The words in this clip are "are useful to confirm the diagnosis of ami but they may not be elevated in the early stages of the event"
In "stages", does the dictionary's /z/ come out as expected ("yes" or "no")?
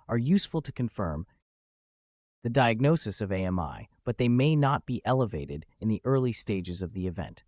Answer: yes